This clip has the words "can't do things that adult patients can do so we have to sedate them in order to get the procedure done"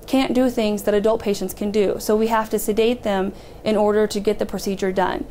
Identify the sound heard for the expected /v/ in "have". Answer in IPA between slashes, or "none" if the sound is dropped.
/f/